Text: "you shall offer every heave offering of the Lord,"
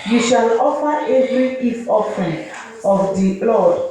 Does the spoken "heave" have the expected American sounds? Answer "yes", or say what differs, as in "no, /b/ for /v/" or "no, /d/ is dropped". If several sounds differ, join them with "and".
no, /f/ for /v/